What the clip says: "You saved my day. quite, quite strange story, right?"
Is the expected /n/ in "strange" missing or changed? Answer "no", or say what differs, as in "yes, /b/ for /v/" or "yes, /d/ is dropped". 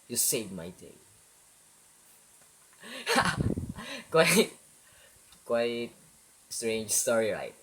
no